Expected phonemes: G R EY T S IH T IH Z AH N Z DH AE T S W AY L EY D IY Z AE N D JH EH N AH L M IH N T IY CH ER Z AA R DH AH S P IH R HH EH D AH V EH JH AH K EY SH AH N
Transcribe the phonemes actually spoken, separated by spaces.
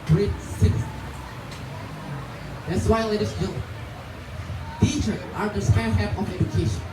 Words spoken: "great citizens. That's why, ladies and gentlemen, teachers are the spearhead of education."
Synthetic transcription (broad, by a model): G R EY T S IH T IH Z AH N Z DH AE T S W AY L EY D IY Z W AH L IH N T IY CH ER AA R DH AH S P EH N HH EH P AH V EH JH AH K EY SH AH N